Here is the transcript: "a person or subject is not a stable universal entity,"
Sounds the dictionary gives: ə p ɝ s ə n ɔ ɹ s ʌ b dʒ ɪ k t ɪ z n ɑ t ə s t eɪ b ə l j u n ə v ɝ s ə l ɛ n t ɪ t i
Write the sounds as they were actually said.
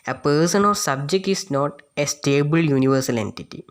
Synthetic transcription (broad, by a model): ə p ɝ s ə n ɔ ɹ s ʌ b dʒ ɪ k t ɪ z n ɑ t ə s t eɪ b ə l j u n ə v ɝ s ə l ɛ n t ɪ t i